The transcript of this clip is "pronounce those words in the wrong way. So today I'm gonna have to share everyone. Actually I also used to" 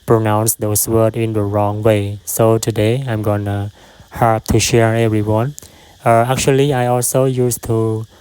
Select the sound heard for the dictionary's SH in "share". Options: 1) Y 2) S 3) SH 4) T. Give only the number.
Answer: 3